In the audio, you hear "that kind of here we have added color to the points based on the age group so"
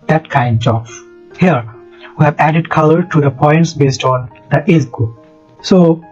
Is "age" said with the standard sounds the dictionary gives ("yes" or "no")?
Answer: no